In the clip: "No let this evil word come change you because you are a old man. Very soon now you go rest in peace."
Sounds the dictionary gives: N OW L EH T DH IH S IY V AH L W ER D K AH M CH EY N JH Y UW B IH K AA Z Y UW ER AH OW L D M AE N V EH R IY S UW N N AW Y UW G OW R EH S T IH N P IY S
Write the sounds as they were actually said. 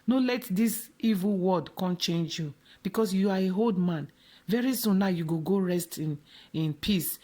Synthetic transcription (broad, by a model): N OW L EH T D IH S IY V AH L W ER D K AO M CH EY N JH Y UW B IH K AA S Y UW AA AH OW L D M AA N V EH R IY S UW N N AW Y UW G OW R EH S T IH N P IY S